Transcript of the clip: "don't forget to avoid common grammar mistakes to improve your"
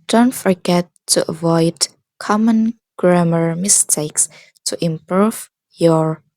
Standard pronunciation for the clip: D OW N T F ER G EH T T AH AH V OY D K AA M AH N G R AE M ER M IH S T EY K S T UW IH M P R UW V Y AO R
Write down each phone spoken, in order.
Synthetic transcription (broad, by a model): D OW N T F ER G EH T T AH AH V OY D K AA M AH N G R AE M ER M IH S T EY K S T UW IH M P R UW V Y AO R